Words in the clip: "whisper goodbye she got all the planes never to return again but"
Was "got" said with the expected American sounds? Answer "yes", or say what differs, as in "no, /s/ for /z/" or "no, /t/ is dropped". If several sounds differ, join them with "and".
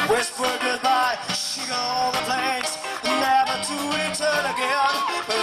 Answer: no, /t/ is dropped